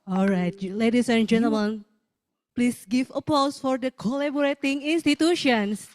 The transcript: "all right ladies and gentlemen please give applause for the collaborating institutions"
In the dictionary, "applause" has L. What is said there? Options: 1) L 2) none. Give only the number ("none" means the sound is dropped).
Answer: 2